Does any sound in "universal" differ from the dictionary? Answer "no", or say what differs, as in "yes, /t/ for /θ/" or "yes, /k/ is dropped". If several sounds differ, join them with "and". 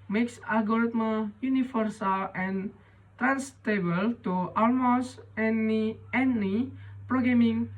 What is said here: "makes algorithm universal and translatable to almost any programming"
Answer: yes, /f/ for /v/